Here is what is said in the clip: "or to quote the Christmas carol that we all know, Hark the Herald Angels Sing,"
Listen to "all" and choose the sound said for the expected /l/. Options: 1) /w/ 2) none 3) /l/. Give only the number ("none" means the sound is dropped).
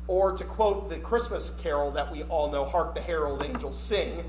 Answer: 3